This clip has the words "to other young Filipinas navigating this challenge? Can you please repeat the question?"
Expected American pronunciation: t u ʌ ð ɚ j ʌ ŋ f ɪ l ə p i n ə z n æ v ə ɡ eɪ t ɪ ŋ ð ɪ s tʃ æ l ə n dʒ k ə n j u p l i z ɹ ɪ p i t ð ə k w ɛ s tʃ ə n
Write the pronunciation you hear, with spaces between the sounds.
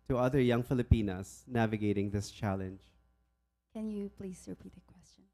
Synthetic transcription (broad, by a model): t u ʌ ð ɚ j ʌ ŋ f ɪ l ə p i n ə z n æ v ə ɡ eɪ t ɪ ŋ ð ɪ s tʃ æ l ə n dʒ k ə n j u p l i z ɹ ɪ p i t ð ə k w ɛ s tʃ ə n